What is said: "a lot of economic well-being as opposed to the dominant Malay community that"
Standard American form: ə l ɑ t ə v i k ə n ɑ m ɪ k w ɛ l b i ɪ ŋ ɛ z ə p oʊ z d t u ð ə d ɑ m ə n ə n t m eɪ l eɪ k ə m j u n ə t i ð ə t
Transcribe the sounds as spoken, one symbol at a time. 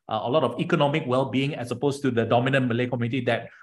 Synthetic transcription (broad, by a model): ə l ɑ t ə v i k ə n ɑ m ɪ k w ɛ l b i ɪ ŋ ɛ s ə p oʊ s t u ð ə d ɑ m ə n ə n m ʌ l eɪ k ə m j u n ə t i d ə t